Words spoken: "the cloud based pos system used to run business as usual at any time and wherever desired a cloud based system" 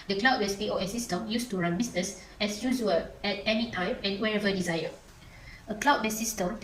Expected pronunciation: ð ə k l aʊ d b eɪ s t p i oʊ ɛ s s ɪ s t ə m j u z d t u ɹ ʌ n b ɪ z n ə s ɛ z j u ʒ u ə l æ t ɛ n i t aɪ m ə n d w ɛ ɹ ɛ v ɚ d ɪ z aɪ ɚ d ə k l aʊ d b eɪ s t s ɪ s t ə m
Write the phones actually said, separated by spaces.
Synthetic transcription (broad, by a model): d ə k l aʊ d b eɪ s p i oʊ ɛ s s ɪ s t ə m j u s t u ɹ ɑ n b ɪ s n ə s ɛ s j u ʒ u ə l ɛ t ɛ n i t aɪ m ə n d w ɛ ɹ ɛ v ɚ d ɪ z aɪ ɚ ə k l aʊ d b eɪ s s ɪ s t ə m